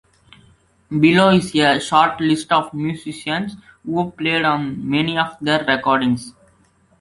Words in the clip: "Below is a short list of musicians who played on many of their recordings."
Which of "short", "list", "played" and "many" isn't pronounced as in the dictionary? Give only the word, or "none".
none